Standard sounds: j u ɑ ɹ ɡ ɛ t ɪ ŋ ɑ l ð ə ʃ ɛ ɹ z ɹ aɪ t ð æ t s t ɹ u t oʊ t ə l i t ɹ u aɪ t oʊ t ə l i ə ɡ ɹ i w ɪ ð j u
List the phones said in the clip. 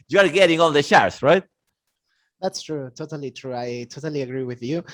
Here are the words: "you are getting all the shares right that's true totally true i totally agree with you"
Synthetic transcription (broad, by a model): j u ɑ ɹ ɡ ɛ t ɪ ŋ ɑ n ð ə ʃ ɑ ɹ s ɹ aɪ t ð æ t s t ɹ u t oʊ t ə l i t ɹ u aɪ t oʊ t ə l i ə ɡ ɹ i w ɪ ð j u